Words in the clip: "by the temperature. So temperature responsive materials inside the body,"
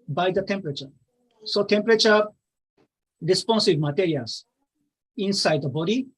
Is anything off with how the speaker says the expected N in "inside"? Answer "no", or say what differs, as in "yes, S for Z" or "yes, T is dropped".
no